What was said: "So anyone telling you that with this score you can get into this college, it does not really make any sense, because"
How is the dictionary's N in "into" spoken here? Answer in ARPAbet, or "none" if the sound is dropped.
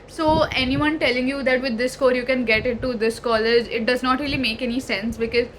none